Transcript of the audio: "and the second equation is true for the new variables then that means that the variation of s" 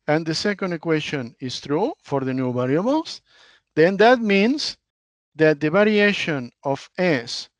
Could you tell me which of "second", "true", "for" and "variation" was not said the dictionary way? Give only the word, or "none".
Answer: variation